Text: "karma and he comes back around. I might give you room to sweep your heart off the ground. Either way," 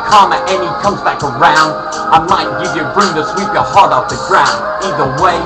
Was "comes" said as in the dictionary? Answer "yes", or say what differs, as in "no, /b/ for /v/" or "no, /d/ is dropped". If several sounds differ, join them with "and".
yes